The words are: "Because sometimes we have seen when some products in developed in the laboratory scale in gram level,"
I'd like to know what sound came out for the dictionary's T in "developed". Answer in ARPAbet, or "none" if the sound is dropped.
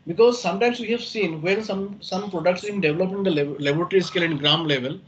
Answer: none